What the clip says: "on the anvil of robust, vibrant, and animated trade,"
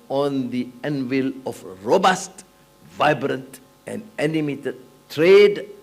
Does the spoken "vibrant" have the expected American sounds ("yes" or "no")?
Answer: yes